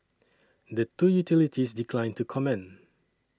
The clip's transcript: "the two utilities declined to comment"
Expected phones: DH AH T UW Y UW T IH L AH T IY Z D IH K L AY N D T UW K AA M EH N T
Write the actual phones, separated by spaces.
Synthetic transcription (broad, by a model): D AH T UW Y UW T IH L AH T IY S D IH K L AY N T UW K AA M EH N